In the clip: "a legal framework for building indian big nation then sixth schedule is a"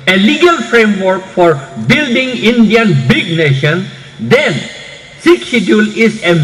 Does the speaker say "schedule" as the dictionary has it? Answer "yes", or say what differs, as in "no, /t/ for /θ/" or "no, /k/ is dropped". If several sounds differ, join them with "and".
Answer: no, /k/ is dropped